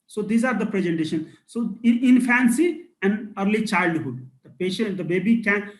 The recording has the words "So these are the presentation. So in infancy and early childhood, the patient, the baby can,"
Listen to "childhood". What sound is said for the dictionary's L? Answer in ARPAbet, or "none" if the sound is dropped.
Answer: L